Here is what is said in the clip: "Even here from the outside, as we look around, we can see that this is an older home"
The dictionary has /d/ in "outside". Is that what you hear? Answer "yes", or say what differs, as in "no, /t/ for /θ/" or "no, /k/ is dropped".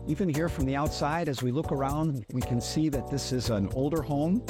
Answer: yes